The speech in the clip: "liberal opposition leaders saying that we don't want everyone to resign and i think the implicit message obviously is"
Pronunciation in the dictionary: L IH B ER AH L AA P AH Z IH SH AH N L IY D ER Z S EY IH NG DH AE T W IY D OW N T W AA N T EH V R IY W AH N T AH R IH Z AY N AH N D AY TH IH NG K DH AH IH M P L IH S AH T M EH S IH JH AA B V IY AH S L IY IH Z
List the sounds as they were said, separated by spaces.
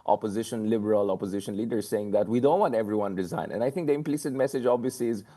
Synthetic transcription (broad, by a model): L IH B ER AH L AA P AH Z IH SH AH N L IY D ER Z S EY IH NG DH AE T W IY D OW N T W AA N T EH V R IY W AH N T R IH Z AY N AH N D AY T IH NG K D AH IH M P L IH S AH T M EH S IH JH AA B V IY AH S L IY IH Z